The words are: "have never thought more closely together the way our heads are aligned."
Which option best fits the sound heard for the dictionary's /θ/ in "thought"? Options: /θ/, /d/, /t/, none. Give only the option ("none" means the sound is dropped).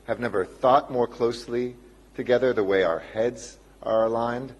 /θ/